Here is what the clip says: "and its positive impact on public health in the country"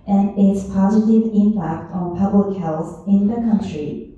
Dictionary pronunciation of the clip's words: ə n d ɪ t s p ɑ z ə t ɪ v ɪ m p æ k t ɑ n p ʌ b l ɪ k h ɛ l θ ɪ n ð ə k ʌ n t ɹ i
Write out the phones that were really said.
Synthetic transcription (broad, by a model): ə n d ɪ t s p ɑ z ə t ɪ v ɪ m p æ k t ɑ n p ʌ b l ɪ k h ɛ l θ ɪ n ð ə k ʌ n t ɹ i